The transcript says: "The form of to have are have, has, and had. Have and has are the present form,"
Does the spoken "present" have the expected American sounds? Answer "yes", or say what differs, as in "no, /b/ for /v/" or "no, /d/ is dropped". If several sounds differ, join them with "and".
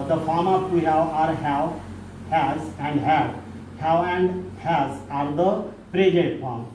no, /n/ is dropped